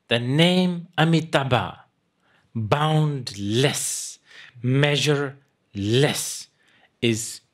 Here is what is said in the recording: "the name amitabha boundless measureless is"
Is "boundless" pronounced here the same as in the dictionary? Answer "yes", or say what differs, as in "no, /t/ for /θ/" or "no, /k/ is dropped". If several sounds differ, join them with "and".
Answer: yes